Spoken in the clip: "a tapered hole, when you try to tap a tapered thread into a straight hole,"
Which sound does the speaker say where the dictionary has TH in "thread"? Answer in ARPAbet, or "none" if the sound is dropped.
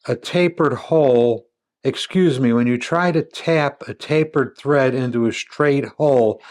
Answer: TH